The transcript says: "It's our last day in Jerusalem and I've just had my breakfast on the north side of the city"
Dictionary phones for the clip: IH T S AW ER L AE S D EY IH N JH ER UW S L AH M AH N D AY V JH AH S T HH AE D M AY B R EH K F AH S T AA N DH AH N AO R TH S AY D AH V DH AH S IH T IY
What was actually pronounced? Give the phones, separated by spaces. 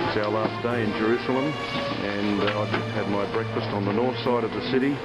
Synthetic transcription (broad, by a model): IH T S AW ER L AE S D EY IH N JH ER UW S L AH M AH N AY JH AH S T HH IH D M AY B R EH K F AH S T N DH AH N AO R TH S AY D AH V DH AH S IH T IY